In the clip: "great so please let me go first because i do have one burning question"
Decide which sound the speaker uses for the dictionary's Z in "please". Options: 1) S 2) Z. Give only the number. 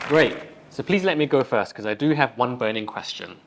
2